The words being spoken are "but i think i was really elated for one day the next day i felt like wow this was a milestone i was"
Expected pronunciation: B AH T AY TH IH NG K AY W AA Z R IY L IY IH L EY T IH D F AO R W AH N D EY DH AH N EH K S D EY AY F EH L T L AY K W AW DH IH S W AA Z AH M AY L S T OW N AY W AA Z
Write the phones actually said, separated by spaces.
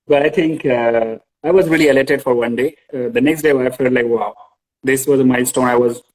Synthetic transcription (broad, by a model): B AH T AY T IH NG K AY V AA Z R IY L IY IH L EY T IH D F AO R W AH N D EY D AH N EH K S D EY AY F EH L T L AY K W AW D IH S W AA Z AH M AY S T OW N AY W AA Z